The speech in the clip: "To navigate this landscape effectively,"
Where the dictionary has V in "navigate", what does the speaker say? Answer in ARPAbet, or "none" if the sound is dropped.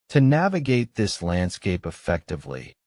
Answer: V